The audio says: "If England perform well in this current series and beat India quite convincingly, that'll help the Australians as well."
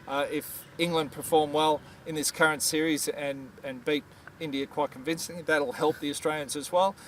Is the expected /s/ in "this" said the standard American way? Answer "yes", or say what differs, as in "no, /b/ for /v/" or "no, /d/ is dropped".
yes